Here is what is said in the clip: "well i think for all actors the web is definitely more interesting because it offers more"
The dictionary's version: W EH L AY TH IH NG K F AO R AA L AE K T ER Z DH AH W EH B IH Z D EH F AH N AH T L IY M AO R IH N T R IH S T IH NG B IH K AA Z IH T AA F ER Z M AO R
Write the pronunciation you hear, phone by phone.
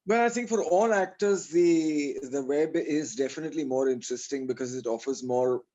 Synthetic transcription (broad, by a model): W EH L AY T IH NG K F AO R AA L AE K T ER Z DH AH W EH B IH Z D EH F AH N AH T L IY M AO R IH N T R IH S T IH NG B IH K AA Z IH T AA F ER Z M AO R